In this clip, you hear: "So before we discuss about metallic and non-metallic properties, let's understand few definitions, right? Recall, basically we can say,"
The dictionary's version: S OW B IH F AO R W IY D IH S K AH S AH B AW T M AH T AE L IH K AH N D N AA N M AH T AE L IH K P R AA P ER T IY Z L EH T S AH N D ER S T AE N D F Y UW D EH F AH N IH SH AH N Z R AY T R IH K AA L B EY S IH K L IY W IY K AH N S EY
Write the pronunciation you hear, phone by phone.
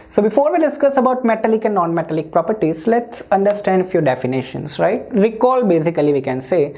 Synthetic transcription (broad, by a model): S OW B IH F AO R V IY D IH S K AH S AH B AW T M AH T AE L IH K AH N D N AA N M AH T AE L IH K P R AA P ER T IY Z L EH T S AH N D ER S T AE N D F Y UW D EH F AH N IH SH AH N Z R AY T R IH K AA L B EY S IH K L IY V IY K AH N S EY